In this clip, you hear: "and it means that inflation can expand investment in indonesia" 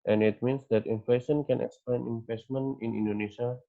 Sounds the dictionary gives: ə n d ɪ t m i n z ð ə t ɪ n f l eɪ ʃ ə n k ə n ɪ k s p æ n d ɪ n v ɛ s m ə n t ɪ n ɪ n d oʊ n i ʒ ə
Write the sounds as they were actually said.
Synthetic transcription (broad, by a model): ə n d ɪ t m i n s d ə t ɪ n f l eɪ ʃ ə n k ə n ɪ k s p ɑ n ɪ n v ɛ s m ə n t ɪ n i n d oʊ n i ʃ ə